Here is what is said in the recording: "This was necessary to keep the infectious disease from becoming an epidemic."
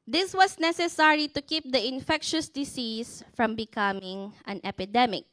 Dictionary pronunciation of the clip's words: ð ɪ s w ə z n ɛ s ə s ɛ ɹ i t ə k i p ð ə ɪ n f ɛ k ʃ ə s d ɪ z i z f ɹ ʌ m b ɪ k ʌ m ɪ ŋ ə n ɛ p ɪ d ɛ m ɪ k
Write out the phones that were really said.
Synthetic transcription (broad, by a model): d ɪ s w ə s n ɛ s ə s ɛ ɹ i t ə k i p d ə ɪ n f ɛ k ʃ ə s d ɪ s i s f ɹ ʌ m b ɪ k ʌ m ɪ ŋ ə n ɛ p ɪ d ɛ m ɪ k